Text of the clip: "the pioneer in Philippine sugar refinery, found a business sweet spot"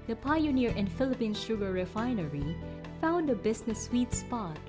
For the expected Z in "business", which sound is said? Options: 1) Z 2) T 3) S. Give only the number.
3